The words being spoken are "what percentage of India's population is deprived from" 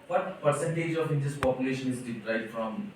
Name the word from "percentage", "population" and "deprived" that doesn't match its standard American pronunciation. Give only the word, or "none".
deprived